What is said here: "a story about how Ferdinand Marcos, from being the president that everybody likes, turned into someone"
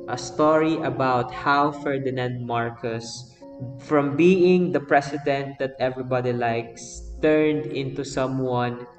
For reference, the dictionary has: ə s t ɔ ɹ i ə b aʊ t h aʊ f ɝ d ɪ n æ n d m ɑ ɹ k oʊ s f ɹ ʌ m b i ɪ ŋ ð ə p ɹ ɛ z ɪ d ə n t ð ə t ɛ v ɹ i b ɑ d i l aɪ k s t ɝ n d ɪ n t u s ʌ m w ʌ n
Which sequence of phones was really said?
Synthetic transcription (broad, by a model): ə s t ɔ ɹ i ə b aʊ t h aʊ f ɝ d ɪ n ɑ n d m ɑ ɹ k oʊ s f ɹ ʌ m b i ɪ ŋ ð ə p ɹ ɛ s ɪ d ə n t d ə t ɛ v ɹ i b ɑ d i l aɪ k s t ɝ n d ɪ n t u s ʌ m w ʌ n